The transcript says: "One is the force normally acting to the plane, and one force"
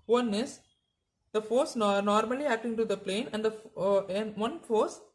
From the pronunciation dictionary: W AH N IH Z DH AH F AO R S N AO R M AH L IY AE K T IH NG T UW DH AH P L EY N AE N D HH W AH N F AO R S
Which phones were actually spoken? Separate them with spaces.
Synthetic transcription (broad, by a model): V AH N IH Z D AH F AO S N N AO R M AH L IY AE K T IH NG T UW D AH P L EY N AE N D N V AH N F AO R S